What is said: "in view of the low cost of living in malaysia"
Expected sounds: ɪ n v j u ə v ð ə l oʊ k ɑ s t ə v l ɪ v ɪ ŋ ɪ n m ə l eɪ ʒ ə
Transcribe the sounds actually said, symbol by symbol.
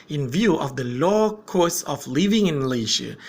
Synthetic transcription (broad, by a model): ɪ n v j u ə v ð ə l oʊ k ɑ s ə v l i v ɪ ŋ ɪ n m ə l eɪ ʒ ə